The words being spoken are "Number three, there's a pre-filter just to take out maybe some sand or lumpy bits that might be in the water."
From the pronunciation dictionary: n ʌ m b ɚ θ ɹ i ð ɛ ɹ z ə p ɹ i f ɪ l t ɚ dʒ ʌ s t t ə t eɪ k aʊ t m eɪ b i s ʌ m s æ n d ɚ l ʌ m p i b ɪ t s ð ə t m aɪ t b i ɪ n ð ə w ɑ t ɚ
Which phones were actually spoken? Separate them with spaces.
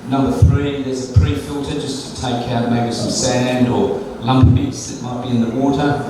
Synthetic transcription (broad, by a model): n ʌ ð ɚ θ ɹ i ð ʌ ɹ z ə p ɹ i f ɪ l t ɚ dʒ ʌ s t t ə t eɪ k aʊ t m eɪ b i s ʌ m s æ n d ɚ l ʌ m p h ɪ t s ð ə t m aɪ t b i ɪ n ð ə w ɑ t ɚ